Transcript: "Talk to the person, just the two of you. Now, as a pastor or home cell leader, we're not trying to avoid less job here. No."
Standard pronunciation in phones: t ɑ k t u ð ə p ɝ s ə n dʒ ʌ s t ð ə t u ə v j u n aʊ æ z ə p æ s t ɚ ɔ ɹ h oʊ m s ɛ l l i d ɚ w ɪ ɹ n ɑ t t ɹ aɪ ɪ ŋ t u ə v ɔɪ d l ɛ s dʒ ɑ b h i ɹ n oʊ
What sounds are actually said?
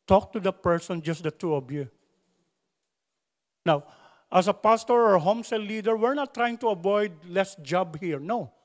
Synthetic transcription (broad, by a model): t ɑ k t u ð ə p ɝ s ə n dʒ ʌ s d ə t u ə v j u n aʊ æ s ə p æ s t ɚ ɔ ɹ h oʊ m s ɛ l l i d ɚ w ɪ ɹ n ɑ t t ɹ aɪ ɪ ŋ t u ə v ɔɪ d l ɛ s dʒ ɑ b h i ɹ n oʊ